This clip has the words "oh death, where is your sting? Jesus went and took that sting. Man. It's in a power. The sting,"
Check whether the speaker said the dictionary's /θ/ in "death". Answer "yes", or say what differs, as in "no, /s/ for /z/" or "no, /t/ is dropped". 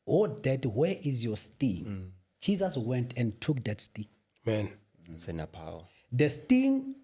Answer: no, /t/ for /θ/